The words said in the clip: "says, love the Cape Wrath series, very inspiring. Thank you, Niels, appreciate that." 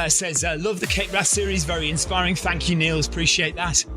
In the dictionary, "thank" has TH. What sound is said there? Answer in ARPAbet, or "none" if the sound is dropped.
TH